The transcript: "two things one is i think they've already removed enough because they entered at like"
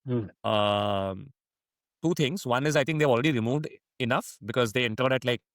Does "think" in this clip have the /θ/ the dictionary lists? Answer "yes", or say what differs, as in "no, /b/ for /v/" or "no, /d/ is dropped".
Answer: no, /t/ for /θ/